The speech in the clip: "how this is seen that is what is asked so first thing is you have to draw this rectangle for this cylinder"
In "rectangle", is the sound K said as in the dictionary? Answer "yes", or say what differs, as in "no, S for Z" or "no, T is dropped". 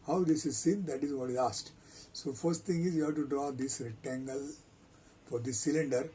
no, K is dropped